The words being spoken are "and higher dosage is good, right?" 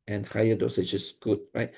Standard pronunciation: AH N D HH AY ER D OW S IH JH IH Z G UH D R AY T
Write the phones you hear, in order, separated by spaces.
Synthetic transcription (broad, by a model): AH N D HH AY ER D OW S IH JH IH S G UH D R AY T